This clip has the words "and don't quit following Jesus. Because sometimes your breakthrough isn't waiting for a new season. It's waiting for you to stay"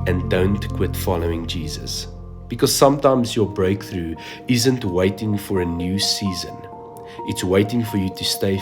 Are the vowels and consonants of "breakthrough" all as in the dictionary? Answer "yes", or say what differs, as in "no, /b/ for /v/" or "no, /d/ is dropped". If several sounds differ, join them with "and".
yes